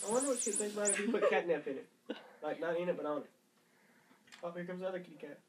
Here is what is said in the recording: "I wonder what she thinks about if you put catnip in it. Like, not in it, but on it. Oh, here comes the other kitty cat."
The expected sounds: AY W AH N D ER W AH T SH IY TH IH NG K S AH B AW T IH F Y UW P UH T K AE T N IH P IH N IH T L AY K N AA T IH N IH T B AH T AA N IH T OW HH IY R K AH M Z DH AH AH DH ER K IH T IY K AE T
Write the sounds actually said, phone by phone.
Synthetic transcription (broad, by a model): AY W AH N D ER W AH T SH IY S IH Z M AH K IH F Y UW P UH T K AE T N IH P IH N IH T L AY K N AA T IH N IH T B AH T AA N IH T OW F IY K AH M Z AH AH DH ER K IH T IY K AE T